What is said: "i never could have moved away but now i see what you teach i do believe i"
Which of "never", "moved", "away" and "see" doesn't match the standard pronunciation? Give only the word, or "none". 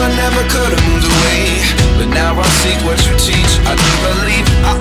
moved